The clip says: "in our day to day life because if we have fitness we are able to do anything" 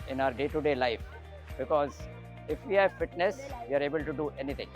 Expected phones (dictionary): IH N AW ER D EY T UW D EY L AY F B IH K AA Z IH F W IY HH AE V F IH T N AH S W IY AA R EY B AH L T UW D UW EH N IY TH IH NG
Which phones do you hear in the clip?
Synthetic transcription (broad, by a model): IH N AW ER D EY T UW D EY L AY F B IH K AA Z IH F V IY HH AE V F IH T N AH S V IY AA R EY B AH L T UW D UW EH N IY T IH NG